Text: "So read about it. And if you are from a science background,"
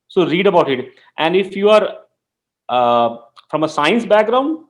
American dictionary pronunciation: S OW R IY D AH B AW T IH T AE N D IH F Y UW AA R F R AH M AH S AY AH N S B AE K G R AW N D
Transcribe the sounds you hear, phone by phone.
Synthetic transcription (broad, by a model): S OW R IY D AH B AW T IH T AE N D IH F Y UW AA R F R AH M AH S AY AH N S B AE K G R AW N D